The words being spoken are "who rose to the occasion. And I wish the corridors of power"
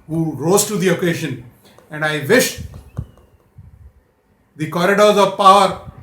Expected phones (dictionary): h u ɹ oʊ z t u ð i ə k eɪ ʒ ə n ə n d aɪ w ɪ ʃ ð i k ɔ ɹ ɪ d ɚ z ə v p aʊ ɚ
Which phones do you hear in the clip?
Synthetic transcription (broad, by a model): h u ɹ oʊ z t u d i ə k eɪ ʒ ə n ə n d aɪ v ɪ ʃ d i k ɔ ɹ ɪ d ɚ z ə v p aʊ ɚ